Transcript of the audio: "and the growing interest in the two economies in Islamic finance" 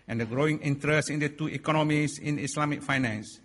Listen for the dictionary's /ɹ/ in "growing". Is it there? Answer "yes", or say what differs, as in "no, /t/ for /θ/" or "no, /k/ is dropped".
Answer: yes